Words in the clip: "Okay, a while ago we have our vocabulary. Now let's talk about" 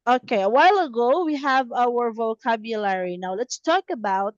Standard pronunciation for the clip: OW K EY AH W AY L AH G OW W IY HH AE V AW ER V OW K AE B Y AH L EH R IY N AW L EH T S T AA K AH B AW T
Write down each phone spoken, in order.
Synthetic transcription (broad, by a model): OW K EY AH W AY L AH G OW W IY HH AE V AW ER V OW K AE B Y AH L EH R IY N AW L EH T S T AA K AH B AW T